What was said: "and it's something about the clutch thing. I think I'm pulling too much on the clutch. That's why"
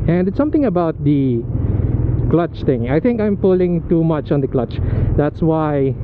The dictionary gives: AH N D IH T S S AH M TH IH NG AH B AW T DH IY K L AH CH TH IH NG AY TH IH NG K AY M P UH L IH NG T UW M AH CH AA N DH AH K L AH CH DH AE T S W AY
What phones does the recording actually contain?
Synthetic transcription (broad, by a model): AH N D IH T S S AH M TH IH NG AH B AW T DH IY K L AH CH T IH NG AY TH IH NG K AY M P UH L IH NG T UW M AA CH AA N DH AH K L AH CH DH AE T S W AY